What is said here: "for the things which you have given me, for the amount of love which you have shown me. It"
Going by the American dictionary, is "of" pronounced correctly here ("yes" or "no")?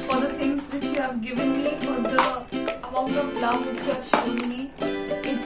no